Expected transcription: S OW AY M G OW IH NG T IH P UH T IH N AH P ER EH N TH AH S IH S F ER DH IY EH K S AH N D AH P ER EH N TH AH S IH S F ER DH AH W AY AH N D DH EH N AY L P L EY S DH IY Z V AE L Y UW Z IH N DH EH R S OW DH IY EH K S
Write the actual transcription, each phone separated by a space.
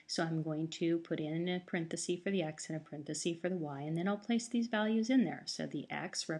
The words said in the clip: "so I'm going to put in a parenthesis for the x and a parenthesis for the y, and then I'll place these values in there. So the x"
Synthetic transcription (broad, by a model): S OW AY M G OW IH NG T IH P UH T IH N AH P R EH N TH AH S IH F ER DH IY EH K S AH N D AH P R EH N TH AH S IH F ER DH AH W AY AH N DH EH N AY L P L EY S DH IY Z V AE L Y UW Z IH N DH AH R S OW DH IY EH K S